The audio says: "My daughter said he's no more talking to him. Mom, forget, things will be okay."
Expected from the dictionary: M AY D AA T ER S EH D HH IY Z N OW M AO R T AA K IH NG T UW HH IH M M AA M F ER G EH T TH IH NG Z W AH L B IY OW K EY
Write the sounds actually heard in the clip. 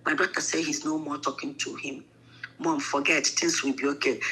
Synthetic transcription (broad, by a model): M AY D AA T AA S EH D HH IY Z N OW M AO T AA K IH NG T UW HH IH M M AA M F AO G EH T T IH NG S W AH B IY OW K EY